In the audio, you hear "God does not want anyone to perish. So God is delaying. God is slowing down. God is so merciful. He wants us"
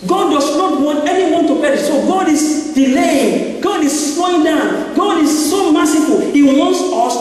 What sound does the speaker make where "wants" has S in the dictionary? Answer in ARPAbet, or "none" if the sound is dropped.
S